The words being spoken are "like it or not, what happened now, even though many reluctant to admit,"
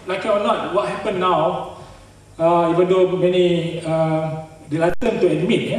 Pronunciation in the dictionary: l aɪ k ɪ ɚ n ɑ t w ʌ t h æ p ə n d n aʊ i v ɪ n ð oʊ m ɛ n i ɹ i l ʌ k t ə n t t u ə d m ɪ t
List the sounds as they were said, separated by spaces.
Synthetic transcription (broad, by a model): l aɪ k ɪ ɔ n ɑ t w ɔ t h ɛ p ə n n aʊ i v ɪ n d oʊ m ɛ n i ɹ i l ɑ t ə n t t u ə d m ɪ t